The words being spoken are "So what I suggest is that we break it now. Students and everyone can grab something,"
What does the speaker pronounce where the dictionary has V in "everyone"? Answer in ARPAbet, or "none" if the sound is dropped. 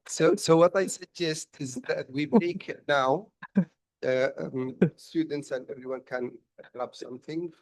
V